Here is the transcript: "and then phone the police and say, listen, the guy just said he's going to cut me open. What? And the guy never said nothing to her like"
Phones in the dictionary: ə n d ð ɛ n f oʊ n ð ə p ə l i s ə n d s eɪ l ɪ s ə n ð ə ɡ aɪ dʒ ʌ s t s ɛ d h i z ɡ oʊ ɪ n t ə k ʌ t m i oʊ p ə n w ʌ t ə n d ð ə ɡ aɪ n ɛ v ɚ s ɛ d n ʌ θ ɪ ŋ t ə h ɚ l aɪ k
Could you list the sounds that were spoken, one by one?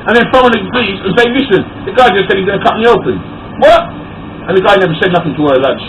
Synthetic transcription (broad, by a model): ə n ð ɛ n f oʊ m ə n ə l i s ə n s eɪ l ɪ s ə n ð ə ɡ aɪ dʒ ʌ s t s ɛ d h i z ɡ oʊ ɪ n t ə k ʌ t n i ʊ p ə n w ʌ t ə n ð ə ɡ aɪ n ɛ v ɚ s ɛ d n ʌ θ ɪ ŋ t ə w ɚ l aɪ